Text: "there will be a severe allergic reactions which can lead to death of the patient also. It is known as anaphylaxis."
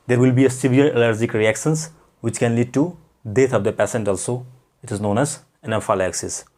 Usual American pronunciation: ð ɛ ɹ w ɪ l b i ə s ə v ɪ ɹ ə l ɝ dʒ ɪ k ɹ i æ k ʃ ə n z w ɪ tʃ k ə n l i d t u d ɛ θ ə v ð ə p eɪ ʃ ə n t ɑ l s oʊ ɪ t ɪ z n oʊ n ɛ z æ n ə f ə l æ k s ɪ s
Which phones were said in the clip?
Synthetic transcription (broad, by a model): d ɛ ɹ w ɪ l b i ə s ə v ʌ l ə l ɝ dʒ ɪ k ɹ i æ k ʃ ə n s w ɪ tʃ k ə n l i d t u d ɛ t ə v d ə p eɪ s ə n t ɑ l s oʊ ɪ t ɪ z n oʊ n ɛ z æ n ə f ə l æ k s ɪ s